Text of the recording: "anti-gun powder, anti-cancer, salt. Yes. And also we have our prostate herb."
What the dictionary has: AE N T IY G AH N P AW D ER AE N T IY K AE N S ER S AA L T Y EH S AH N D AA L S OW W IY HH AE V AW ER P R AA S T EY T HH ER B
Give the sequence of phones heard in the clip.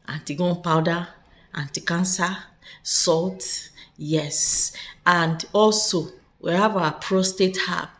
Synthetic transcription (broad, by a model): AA N T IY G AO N P AW D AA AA N T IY K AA N S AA S AA L T Y EH S AH N D AA L S OW W IY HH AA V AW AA P R AA S T EY T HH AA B